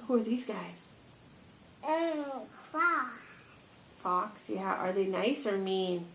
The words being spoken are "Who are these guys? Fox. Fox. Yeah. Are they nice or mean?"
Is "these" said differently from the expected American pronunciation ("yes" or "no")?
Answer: no